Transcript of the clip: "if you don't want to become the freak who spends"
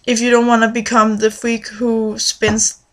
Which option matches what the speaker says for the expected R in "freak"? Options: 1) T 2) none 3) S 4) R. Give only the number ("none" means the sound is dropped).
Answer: 2